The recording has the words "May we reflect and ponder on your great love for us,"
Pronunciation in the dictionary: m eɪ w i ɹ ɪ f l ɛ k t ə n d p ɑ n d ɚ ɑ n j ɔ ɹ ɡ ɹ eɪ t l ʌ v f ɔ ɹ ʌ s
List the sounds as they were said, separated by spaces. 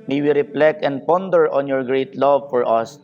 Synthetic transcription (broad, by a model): m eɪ w i ɹ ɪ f l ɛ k ə n d p ɑ n d ɚ ɑ n j ɔ ɹ ɡ ɹ eɪ t l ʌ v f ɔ ɹ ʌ s